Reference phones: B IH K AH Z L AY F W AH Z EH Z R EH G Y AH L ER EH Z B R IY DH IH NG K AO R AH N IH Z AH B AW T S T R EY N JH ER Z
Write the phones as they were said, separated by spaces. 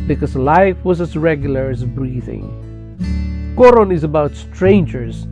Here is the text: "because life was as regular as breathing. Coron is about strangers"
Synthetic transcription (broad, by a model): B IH K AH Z L AY F W AH Z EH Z R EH G Y L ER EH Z B R IY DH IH NG K AO R AH N IH Z AH B AW T S T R EY N JH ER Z